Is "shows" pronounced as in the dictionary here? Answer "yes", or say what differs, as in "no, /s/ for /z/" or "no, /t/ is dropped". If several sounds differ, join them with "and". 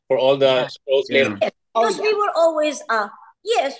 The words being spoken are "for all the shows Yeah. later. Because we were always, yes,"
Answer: no, /s/ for /ʃ/